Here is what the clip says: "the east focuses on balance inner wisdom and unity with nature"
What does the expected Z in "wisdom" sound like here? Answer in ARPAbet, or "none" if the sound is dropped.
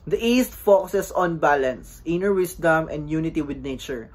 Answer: S